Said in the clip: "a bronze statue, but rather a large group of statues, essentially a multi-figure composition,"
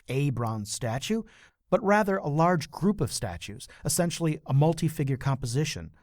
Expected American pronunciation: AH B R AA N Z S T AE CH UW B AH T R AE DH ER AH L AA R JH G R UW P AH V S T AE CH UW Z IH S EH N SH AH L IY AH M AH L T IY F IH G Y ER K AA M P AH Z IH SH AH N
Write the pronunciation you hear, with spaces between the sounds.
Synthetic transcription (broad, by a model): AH B R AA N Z S T AE CH UW B AH T R AE DH ER AH L AA R JH G R UW P AH V S T AE CH UW Z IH S EH N SH L IY AH M AH L T IY F IH G Y ER K AA M P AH Z IH SH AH N